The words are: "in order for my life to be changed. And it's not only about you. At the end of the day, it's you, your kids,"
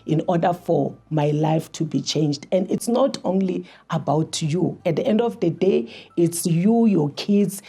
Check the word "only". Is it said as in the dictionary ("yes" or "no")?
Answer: yes